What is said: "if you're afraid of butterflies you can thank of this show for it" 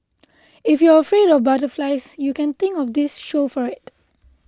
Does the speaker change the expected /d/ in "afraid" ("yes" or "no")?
no